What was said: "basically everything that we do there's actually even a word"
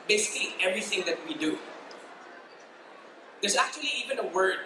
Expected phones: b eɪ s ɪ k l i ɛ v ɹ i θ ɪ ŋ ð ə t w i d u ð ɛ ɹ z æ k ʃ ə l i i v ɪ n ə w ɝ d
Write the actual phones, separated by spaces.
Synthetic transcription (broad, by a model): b eɪ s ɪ k l i ɛ v ɹ i θ ɪ ŋ ð ə t w i d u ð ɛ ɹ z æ k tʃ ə l i i v ɪ n ə w ɝ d